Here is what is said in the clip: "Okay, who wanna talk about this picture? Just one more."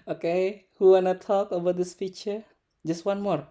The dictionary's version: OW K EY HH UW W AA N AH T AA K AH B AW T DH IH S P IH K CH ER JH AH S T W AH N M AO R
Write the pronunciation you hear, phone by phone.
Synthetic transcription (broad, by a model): OW K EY HH UW W AA N AH T AA K AH B AW T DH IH S F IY CH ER JH AH S T W AH N M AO R